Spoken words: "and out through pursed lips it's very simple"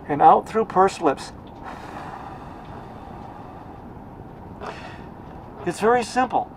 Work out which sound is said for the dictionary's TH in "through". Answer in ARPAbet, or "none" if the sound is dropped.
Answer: TH